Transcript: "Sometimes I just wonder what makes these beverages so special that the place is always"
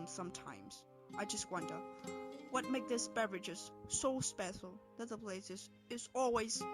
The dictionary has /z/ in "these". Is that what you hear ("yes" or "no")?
no